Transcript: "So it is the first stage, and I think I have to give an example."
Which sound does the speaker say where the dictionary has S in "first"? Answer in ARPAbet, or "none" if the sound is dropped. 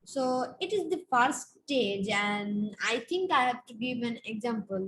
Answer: none